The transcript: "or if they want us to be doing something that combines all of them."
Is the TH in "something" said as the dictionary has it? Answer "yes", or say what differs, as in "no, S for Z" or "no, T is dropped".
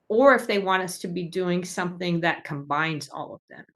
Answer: yes